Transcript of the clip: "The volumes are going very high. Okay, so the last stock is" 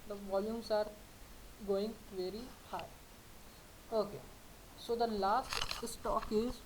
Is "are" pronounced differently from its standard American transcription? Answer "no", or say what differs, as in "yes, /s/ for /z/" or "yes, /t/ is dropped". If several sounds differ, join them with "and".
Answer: no